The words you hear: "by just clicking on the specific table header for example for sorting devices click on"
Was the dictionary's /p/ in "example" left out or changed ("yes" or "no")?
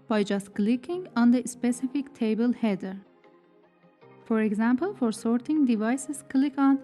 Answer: no